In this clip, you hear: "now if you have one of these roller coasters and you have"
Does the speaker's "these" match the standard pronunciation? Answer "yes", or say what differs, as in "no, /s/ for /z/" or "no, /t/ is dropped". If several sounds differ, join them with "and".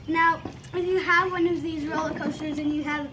yes